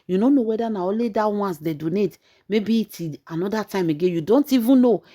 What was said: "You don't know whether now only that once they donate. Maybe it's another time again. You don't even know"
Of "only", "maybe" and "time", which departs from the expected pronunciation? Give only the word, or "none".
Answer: only